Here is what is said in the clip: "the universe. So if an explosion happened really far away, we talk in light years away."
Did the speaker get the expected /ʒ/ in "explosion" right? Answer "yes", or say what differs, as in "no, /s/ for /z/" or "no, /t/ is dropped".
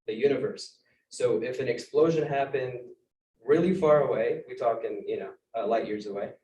yes